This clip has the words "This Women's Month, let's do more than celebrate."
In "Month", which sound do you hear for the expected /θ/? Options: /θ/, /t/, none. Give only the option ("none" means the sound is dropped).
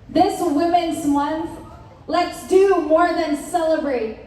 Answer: /θ/